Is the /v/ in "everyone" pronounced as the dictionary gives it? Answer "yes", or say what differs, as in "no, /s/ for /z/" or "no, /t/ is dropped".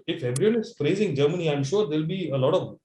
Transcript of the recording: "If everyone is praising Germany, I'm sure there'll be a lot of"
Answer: no, /b/ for /v/